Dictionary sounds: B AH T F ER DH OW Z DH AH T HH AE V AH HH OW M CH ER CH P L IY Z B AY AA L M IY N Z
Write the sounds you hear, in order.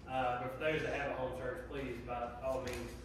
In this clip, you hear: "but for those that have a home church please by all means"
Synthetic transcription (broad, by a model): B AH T F ER DH OW Z DH AH T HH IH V AH HH OW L CH ER CH P L IY Z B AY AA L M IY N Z